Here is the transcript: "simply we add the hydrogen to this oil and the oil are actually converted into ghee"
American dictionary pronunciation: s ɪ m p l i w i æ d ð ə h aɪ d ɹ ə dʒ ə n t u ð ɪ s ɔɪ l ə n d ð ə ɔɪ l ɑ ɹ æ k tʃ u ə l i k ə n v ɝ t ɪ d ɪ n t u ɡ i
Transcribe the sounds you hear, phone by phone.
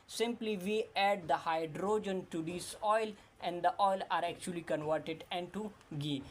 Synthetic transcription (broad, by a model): s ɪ m p l i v i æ d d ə h aɪ d ɹ ə dʒ ə n t u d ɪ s ɔɪ l ə n d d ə ɔɪ l ɑ ɹ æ k tʃ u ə l i k ə n v ɝ t ɪ d ɪ n t u ɡ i